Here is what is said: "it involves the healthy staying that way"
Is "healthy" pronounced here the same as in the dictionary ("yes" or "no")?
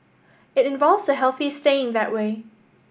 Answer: yes